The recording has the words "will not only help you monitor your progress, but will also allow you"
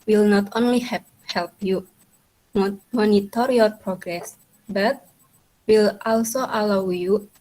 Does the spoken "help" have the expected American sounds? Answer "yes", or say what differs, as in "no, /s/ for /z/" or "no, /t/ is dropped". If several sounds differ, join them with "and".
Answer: yes